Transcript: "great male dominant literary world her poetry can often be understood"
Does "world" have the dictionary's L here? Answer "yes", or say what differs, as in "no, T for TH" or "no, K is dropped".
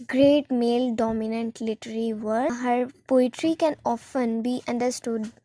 no, L is dropped